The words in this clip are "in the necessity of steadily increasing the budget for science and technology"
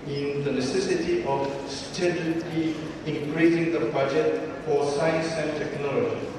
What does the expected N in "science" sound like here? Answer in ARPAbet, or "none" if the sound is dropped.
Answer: N